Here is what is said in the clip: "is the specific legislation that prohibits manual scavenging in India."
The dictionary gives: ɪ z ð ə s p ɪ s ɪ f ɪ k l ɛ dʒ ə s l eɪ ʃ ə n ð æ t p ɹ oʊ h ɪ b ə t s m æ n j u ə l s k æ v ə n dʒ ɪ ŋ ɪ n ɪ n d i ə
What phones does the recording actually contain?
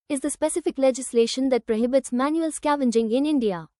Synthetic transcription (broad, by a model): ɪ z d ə s p ɪ s ɪ f ɪ k l ɛ dʒ ə s l eɪ ʃ ə n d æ t p ɹ oʊ h ɪ b ə t s m æ n j u ə l s k æ v ə n dʒ ɪ ŋ ɪ n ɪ n d i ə